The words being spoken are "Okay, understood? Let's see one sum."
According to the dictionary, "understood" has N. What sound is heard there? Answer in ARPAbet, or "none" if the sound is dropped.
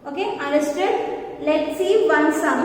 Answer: none